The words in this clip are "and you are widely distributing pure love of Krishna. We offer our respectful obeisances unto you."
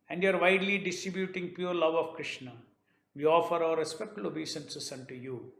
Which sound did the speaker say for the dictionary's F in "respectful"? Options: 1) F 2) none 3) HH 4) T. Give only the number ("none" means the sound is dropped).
2